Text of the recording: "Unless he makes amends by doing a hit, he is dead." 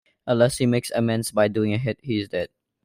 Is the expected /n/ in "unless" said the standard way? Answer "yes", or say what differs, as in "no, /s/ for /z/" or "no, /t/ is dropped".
no, /n/ is dropped